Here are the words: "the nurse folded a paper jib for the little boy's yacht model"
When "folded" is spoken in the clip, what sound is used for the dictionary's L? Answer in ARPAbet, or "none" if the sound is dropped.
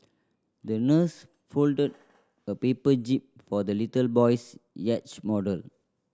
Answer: L